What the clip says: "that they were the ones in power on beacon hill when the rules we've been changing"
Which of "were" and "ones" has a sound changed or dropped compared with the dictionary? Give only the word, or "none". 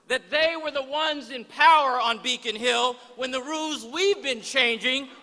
none